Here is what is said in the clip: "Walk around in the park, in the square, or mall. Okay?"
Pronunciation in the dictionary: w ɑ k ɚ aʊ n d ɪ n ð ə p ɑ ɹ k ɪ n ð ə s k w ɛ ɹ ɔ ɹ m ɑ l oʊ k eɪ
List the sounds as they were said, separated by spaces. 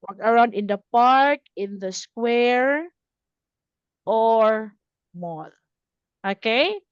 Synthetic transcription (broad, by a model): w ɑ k ɚ aʊ n d ɪ n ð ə p ɑ ɹ k ɪ n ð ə s k w ɛ ɹ ɔ ɹ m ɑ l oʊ k eɪ